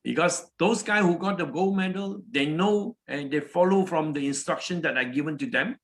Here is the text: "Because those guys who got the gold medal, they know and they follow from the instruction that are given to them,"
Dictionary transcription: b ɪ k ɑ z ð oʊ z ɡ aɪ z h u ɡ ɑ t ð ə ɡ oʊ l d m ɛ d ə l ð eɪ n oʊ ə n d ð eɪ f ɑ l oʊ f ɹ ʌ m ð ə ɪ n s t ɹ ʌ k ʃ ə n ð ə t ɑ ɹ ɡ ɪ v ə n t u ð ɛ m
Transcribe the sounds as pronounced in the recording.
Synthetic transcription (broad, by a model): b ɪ k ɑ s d oʊ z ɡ aɪ h u ɡ ɑ t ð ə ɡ oʊ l m ɛ d ə l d eɪ n oʊ ə n d eɪ f ɑ l oʊ f ɹ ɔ m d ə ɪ n s t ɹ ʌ k ʃ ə n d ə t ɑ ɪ ɡ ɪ v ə n t u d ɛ m